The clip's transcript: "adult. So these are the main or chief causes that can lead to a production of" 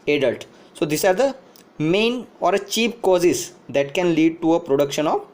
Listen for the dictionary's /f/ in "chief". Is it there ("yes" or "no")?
no